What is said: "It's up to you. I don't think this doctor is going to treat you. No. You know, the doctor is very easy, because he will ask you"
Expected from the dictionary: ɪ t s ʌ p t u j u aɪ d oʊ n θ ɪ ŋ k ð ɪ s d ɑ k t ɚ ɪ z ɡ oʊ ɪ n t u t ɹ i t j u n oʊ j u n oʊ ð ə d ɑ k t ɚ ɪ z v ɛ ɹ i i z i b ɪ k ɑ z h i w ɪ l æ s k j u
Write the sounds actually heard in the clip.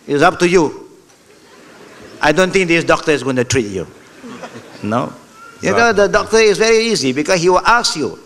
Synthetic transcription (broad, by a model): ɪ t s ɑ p t u j u aɪ d oʊ n t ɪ ŋ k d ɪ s d ɑ k t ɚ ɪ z ɡ oʊ ɪ n t u t ɹ i t j u n oʊ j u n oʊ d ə d ɑ k t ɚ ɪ s v ɛ ɹ i i z i b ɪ k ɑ s h i w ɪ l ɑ s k j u